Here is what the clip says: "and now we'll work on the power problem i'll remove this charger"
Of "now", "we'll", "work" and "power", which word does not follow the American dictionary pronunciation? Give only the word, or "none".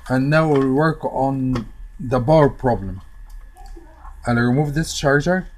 power